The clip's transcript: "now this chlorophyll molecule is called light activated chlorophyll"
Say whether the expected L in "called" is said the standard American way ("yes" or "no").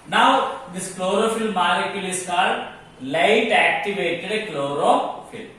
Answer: no